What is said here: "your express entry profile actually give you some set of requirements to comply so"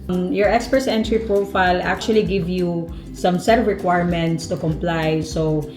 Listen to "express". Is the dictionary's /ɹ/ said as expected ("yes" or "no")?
no